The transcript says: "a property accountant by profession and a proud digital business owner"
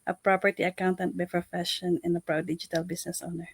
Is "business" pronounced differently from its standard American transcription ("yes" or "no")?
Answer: yes